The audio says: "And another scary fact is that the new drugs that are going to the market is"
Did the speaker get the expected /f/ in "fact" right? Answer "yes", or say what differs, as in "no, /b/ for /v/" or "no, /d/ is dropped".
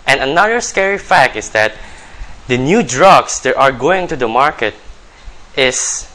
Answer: yes